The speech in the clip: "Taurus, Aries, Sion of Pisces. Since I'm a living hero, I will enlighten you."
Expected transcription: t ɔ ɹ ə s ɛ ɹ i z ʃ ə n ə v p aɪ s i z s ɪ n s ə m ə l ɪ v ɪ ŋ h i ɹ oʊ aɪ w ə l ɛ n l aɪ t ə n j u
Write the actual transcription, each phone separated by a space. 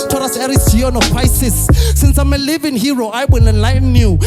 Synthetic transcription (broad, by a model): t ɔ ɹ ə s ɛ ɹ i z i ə n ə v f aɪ s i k s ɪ n s ə m ə l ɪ v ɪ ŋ h i ɹ oʊ aɪ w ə n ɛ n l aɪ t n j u